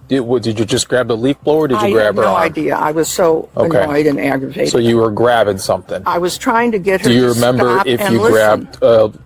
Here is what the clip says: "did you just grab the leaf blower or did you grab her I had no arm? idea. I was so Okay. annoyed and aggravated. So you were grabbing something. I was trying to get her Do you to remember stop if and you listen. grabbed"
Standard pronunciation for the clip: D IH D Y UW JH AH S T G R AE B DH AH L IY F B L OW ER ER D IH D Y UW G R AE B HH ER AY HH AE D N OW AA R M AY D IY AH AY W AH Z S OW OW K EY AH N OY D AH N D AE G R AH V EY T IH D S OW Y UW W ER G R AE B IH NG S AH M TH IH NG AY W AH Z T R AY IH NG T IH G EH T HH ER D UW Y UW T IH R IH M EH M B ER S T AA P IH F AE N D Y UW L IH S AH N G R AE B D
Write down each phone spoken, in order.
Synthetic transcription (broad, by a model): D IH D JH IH JH AH S G R AE B DH AH L IY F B L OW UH ER D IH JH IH G R AE B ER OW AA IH D IY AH AY W AH Z S OW OW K EY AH OY D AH N AE G R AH V EY IH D S OW Y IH W ER G R AE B IH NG S AH M TH IH NG AY W AH Z T R AY IH NG T IH G EH T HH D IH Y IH R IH M EH M B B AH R IH F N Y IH L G R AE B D